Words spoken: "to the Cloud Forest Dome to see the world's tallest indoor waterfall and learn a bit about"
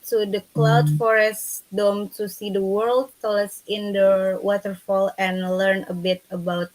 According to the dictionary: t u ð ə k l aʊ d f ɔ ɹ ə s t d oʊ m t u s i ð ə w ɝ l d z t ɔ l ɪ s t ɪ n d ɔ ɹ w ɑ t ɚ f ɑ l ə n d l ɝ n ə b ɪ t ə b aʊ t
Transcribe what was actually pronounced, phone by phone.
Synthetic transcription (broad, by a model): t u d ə k l aʊ d f ɔ ɹ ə s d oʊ m t u s i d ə w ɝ l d t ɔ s ɪ n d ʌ w ɑ t ɚ f ɑ l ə n l ɝ n ə b ɪ t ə b aʊ t